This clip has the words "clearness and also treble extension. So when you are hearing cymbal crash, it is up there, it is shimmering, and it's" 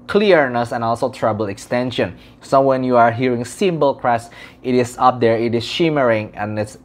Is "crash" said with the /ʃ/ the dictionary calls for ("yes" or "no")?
no